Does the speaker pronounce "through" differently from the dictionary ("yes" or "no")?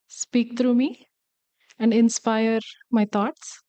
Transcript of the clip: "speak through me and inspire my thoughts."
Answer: yes